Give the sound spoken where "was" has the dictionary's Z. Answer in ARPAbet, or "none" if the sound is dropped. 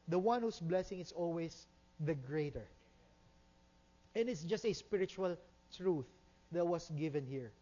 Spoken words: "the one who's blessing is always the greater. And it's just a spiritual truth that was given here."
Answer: S